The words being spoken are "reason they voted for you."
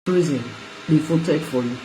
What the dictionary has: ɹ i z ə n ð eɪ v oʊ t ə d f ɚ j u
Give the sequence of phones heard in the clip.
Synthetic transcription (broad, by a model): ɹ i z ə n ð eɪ f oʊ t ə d f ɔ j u